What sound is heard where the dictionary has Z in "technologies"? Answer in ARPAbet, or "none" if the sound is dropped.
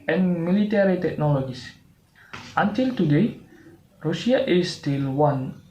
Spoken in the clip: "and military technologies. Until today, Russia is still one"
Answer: S